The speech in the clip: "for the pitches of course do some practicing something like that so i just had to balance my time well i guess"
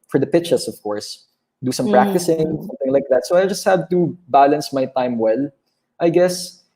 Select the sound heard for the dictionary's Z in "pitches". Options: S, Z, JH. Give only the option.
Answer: S